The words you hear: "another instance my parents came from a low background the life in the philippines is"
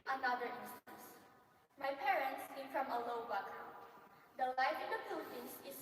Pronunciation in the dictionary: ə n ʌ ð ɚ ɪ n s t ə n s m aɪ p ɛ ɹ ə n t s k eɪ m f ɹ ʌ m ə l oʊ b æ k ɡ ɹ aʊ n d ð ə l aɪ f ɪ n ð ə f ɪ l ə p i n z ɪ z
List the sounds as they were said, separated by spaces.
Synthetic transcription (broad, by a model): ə n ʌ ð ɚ ɪ n s t ə n s m aɪ p ɛ ɹ ə n t s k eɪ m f ɹ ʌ m ə l oʊ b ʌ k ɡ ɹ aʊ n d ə l aɪ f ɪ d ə p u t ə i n s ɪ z